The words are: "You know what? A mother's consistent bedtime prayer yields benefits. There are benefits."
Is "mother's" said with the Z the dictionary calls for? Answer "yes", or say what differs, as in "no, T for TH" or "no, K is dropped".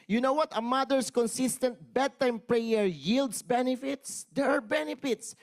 no, S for Z